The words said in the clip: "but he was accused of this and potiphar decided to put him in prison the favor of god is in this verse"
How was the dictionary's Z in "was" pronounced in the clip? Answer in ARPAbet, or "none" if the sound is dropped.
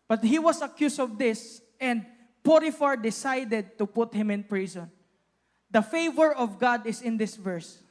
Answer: S